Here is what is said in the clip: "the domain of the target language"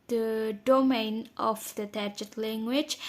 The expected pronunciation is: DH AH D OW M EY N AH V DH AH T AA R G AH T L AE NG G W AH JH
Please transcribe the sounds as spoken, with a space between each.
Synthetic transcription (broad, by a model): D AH D OW M EY N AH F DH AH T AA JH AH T L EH NG G W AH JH